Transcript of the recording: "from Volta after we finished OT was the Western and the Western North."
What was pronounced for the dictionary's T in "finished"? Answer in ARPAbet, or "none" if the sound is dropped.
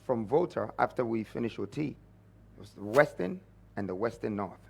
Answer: none